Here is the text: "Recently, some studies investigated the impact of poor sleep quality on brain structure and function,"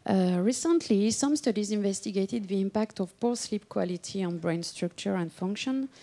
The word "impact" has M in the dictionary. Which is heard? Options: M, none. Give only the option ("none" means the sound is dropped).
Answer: M